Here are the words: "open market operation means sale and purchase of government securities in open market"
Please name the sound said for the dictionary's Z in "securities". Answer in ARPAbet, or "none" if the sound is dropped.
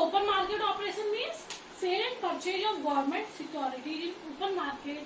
none